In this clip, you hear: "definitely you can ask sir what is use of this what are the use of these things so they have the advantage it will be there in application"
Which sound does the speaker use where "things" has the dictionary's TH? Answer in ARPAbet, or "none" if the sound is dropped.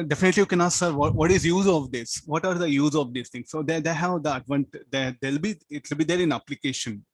T